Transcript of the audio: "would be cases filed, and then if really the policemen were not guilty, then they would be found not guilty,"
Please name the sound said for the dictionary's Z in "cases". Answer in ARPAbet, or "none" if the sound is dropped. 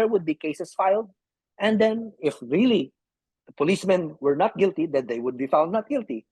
S